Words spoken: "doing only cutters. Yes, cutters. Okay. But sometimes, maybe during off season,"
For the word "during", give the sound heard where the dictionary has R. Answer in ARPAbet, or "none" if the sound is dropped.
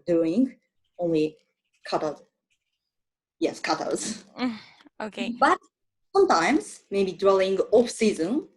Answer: L